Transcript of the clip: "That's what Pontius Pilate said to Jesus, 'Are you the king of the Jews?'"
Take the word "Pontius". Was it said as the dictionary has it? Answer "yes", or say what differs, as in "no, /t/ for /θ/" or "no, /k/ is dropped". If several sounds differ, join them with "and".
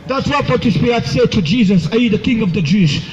no, /n/ is dropped